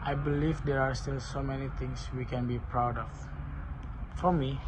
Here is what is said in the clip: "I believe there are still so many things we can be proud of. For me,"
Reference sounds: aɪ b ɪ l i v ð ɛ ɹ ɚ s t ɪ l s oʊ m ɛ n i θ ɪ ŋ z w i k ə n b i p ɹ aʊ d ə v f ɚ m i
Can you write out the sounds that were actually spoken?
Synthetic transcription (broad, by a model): aɪ b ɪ l i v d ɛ ɹ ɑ s t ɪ l s oʊ m ɛ n i t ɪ ŋ s w i k ə n b i p ɹ aʊ d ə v f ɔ m i